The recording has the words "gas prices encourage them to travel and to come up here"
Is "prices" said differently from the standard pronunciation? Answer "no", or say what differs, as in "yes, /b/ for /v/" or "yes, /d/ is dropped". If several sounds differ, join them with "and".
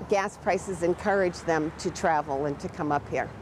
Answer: no